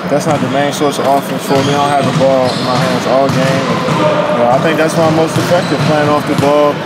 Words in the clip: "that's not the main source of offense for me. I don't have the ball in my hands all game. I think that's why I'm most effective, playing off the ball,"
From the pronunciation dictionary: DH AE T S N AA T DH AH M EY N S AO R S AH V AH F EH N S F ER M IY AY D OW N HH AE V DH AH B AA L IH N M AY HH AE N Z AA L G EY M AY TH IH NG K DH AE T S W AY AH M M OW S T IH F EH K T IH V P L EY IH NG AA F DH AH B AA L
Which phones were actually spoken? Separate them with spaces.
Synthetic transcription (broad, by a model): DH AE T S N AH T DH AH M EY N S AO R S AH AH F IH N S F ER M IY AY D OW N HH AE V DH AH B AA L IH N M AY HH AE N Z AA L G EY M AY TH IH NG K DH AE T S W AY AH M M OW S T IH F EH K T IH V P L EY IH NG AA F DH AH B AA L